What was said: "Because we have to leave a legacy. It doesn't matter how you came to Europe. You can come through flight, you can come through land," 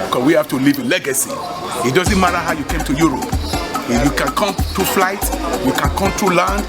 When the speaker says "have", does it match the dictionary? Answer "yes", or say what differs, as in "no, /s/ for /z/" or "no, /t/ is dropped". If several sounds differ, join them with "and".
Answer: no, /f/ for /v/